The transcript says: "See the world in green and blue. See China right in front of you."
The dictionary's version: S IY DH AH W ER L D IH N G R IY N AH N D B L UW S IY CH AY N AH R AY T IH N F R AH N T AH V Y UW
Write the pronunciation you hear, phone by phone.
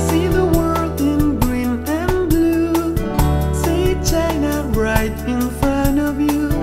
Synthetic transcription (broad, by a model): S IY DH AH W ER L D IH N G R IY N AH N B L UW S IY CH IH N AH R AY T IH N F R AH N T AH V Y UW